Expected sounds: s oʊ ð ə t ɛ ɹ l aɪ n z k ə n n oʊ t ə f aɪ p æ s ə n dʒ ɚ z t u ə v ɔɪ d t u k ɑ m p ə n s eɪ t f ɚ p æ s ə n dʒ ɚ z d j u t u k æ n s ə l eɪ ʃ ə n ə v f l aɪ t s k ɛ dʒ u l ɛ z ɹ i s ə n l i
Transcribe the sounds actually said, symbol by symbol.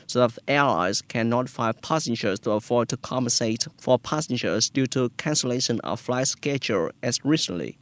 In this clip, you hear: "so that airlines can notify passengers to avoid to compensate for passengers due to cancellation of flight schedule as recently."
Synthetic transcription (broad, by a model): s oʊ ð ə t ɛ l aɪ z k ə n n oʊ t f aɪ p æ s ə n dʒ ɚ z t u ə f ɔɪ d t u k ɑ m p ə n s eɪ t f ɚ p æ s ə n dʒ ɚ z d j u t u k æ n s ə l eɪ ʃ ə n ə f l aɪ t s k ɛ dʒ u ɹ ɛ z ɹ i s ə n l i